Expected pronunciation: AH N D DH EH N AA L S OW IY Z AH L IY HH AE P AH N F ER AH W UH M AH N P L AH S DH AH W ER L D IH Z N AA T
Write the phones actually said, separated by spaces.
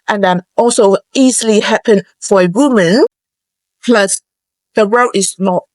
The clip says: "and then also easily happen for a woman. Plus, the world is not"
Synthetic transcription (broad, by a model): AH N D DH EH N AA L S OW IY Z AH L IY HH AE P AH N F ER AH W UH M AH N P L AH S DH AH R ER D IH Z N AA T